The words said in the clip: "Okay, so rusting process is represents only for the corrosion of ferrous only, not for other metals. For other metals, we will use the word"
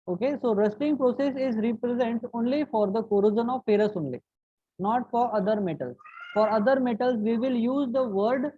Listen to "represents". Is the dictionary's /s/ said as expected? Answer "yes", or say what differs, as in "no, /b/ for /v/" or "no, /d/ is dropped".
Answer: no, /s/ is dropped